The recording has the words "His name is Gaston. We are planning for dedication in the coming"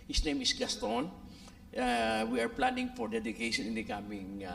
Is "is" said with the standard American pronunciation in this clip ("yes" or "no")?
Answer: no